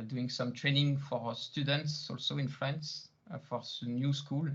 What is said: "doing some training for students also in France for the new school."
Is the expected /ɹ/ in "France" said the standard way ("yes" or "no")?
no